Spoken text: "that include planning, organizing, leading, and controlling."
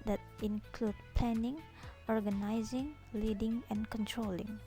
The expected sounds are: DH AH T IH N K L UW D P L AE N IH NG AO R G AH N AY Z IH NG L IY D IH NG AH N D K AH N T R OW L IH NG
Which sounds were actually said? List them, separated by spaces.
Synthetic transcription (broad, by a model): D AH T IH N K L UW D P L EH N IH NG AO R G AH N AY Z IH NG L IY D IH NG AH N K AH N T R OW L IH NG